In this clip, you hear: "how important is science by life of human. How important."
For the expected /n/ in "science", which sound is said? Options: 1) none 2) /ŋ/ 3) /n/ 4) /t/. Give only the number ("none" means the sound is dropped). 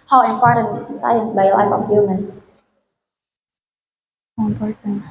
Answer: 3